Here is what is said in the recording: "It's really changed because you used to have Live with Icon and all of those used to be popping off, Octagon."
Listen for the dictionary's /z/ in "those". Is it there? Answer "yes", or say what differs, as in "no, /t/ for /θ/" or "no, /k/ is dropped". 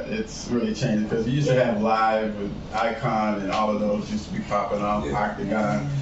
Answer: yes